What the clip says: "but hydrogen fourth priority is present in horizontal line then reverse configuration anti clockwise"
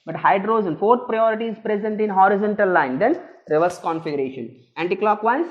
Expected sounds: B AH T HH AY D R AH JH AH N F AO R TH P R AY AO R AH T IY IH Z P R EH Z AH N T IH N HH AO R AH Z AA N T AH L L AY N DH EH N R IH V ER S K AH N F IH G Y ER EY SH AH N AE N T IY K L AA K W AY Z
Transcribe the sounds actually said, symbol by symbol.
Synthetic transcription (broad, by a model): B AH T HH AY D R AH Z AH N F AO R T P R AY AO R AH T IY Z P R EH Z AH N T IH N HH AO R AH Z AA N T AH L L AY N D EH N R IH V ER S K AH N F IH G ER EY SH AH N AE N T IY K L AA K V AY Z